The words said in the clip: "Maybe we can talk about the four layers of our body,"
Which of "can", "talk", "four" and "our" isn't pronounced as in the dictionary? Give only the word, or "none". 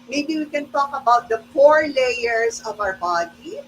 four